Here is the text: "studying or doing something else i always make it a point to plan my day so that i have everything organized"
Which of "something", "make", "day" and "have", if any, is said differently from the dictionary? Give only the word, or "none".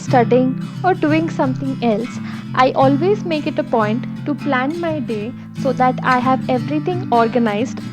something